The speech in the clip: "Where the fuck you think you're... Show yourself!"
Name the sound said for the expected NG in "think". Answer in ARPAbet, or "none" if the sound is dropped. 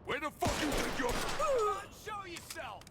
none